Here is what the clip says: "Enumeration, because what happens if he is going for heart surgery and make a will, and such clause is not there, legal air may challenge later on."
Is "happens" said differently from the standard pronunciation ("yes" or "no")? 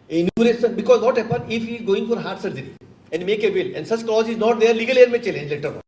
yes